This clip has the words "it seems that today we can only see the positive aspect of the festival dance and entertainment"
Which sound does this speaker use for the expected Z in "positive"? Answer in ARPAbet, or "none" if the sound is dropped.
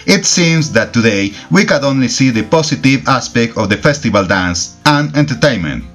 S